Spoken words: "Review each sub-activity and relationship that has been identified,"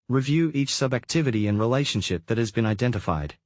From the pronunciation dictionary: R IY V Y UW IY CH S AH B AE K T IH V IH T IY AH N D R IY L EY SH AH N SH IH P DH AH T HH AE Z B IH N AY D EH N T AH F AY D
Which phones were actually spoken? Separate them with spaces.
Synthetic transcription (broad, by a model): R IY V Y UW IY CH S AH B AE K T IH V IH T IY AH N R IY L EY SH AH N SH IH P DH AH T HH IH Z B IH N AY D EH N T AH F AY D